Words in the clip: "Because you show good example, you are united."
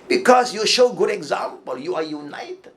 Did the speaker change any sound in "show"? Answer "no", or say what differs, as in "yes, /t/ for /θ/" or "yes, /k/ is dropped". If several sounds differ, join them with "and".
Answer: no